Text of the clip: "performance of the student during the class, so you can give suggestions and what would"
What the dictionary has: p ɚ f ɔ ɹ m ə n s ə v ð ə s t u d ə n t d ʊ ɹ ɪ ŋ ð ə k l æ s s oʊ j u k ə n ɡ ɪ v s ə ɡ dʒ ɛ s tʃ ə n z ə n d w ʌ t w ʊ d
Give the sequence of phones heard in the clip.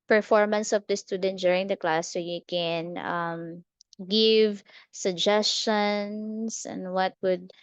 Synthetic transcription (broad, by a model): p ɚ f ɔ ɹ m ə n s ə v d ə s t u d ə n t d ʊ ɹ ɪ ŋ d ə k l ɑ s s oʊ j u k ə n ɡ ɪ v s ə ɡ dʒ ɛ s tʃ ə n s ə n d w ʌ t w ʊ d